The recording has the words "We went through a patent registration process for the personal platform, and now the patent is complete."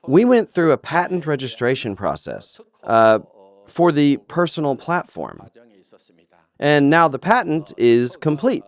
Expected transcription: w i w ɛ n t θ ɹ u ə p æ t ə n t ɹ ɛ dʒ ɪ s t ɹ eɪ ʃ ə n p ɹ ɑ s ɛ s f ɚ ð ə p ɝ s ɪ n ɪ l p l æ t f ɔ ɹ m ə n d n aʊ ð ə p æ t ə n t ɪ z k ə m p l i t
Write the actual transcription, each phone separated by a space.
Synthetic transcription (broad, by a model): w i w ɛ n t θ ɹ u ə p æ t n t ɹ ɛ dʒ ɪ s t ɹ eɪ ʃ ə n p ɹ ɑ s ɛ s f ɚ ð ə p ɝ s n l p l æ t f ɔ ɹ m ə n n aʊ ð ə p æ t n t ɪ z k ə m p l i t